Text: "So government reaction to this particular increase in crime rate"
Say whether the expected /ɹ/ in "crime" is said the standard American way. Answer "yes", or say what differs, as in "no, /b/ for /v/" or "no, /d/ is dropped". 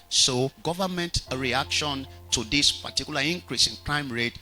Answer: yes